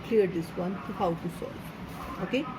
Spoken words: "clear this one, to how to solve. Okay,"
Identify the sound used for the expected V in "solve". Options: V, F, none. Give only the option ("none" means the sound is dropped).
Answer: none